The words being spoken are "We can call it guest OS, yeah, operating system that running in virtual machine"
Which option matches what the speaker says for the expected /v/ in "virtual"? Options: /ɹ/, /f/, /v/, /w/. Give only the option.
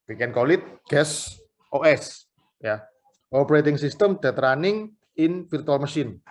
/f/